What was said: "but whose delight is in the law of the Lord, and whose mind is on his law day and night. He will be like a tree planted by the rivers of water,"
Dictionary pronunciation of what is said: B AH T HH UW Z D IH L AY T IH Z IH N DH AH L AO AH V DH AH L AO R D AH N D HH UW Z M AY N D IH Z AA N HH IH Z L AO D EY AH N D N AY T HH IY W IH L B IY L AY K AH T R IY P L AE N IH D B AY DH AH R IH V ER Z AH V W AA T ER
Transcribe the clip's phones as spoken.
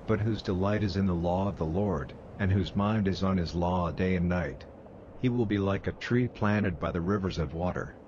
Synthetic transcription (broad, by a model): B AH T HH UW Z D IH L AY T IH Z IH N DH AH L AO AH V DH AH L AO R D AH N HH UW Z M AY N D IH Z N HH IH Z L AO D EY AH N N AY T HH IY W IH L B IY L AY K AH T R IY P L AE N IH D B AY DH AH R IH V ER Z AH V W AA T ER